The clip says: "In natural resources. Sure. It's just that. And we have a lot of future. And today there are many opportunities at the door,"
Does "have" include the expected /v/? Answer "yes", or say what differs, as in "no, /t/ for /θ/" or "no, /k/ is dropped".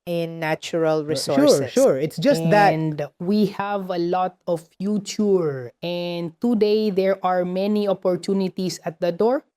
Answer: yes